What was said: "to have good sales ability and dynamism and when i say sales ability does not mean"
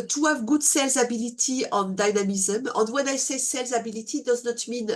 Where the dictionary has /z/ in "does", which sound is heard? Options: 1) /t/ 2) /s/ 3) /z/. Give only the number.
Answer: 3